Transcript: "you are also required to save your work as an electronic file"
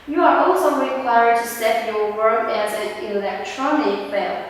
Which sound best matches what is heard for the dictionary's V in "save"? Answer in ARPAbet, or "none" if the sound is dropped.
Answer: P